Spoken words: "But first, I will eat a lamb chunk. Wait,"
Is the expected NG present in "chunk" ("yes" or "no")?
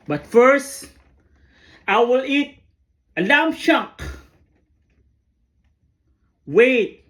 no